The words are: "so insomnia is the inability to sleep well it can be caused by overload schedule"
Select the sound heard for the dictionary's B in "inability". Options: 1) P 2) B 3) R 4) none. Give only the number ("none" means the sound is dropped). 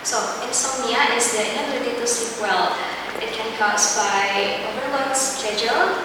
4